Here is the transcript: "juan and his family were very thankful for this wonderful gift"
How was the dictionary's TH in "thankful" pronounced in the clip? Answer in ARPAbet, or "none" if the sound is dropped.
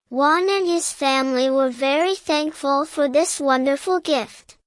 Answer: TH